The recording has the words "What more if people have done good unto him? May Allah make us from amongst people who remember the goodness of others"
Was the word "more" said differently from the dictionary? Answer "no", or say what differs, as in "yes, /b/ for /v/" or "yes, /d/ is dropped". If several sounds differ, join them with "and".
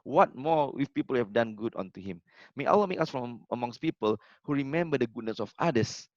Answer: yes, /w/ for /ɹ/